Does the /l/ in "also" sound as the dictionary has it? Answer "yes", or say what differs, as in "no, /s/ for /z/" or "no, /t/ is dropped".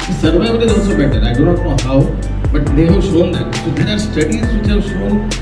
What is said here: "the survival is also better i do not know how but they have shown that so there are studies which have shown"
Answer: no, /l/ is dropped